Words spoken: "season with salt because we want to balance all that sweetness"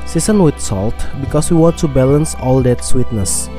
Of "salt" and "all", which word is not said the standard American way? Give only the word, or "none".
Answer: none